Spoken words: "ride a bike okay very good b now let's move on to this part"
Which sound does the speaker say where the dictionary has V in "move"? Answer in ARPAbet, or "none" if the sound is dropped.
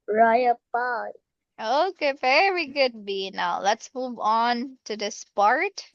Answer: V